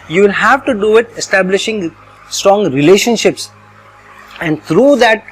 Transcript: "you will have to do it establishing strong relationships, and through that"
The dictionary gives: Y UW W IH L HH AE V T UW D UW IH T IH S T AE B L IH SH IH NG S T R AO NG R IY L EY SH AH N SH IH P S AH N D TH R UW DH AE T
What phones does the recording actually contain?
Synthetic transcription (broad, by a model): Y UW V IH L HH AE V T UW D UW IH T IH S T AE B L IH SH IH NG S T R AO NG R IY L EY SH AH N SH IH P S AH N D T R UW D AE T